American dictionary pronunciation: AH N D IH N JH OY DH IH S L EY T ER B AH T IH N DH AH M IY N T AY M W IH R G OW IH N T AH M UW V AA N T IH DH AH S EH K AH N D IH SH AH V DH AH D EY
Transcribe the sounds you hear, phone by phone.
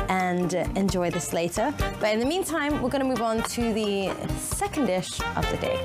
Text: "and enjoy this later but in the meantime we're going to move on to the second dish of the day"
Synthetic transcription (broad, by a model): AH N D IH N JH OY DH IH S L EY T ER B AH T IH N DH AH M IY N T AY M W IH R G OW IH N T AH M UW V N T IH DH AH S EH K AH N D IH SH AH V DH AH D EY